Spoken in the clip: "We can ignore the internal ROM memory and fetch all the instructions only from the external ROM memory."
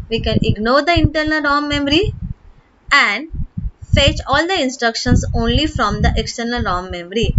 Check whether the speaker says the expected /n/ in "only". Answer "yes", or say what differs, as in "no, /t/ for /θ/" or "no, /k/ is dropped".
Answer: yes